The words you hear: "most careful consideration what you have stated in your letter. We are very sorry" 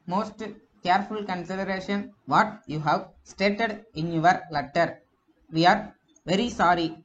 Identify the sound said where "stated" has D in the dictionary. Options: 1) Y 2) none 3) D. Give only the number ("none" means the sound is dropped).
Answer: 3